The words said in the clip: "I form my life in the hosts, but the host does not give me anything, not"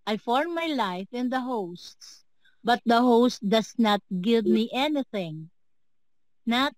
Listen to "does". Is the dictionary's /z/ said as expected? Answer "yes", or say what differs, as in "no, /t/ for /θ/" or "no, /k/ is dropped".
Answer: no, /s/ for /z/